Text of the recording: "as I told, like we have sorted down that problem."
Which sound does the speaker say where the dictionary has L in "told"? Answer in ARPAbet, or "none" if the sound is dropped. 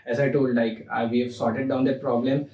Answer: L